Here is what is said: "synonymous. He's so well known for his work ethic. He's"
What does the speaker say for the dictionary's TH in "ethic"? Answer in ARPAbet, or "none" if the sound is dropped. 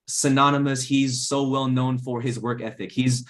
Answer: TH